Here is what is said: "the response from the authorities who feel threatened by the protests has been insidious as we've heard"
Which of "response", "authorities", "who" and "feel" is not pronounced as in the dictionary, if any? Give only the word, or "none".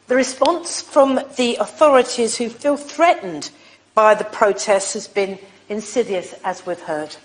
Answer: none